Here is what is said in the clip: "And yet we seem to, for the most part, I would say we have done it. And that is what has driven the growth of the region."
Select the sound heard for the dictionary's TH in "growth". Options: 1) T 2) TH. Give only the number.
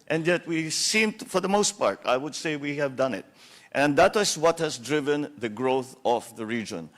2